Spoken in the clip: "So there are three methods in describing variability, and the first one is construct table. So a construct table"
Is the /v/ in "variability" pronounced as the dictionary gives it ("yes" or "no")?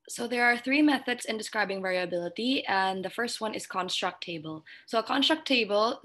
yes